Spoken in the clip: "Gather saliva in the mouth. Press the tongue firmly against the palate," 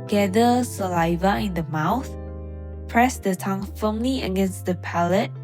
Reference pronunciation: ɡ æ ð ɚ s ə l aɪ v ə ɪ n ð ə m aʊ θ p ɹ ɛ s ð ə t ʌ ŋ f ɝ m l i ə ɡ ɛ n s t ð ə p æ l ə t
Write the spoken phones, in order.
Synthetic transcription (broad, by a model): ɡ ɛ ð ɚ s ə l aɪ v ə ɪ n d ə m aʊ θ p ɹ ɛ s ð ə t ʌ ŋ f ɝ m l i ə ɡ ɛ n s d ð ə p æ l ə t